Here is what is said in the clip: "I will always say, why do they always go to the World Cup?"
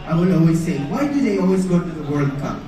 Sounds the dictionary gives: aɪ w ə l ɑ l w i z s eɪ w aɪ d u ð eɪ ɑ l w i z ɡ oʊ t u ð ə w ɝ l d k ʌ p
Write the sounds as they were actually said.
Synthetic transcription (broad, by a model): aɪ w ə n ɑ l w i z s eɪ w aɪ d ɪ ð eɪ ɑ l w i z ɡ oʊ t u ð ə w ɝ l d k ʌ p